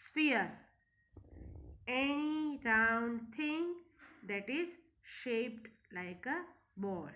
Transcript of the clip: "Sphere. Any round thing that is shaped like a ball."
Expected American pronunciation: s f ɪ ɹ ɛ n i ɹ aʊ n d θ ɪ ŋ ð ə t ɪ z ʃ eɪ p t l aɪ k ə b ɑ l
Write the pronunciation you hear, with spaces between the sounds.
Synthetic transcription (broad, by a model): s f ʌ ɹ ɛ n i ɹ aʊ n d t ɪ ŋ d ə t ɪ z ʃ eɪ p t l aɪ k ə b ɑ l